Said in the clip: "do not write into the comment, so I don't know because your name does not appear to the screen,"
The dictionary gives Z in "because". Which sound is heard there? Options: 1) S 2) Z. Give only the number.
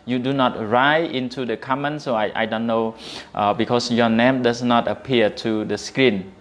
1